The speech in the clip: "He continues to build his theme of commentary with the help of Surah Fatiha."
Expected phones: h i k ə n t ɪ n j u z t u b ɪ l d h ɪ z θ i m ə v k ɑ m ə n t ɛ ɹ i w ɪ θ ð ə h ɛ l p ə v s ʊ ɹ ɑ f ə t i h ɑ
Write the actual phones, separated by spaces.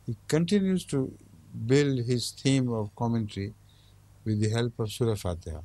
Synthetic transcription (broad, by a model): h i k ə n t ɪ n j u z t u b ɪ l d h ɪ z t i m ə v k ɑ m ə n t ɹ i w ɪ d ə h ɛ l p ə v s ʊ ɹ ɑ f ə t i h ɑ